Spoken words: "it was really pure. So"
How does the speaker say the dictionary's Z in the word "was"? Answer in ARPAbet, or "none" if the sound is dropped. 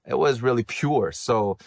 Z